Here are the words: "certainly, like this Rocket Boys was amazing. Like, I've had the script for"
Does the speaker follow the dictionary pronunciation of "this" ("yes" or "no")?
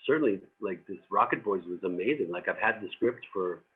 yes